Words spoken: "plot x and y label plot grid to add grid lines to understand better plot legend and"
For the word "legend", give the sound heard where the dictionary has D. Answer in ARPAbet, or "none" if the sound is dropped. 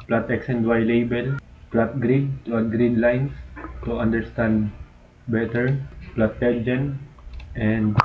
none